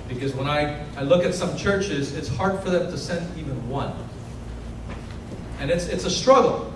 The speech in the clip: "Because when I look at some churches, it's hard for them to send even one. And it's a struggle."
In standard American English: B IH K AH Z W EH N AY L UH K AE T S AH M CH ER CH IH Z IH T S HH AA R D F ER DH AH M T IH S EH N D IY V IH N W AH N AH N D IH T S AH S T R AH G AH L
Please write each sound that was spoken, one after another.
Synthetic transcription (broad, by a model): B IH K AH Z W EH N AY L UH K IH T S AH M CH ER CH IH Z IH T S HH AA R D F ER DH AH M T IH S EH N D IY V IH N W AH N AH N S IH T S AH S T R AH G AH L